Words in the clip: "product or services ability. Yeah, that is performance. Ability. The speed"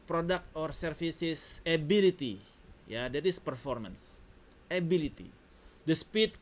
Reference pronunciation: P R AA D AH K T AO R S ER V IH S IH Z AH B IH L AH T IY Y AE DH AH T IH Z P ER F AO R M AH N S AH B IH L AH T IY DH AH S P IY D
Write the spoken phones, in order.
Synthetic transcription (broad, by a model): P R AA D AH K T AO R S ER F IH S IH S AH B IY L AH T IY Y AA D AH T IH S P ER F AO R M AH N S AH B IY L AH T IY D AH S P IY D